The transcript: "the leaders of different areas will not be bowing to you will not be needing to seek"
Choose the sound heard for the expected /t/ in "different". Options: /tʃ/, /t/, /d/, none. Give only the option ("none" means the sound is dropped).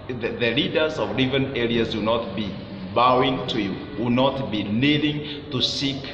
none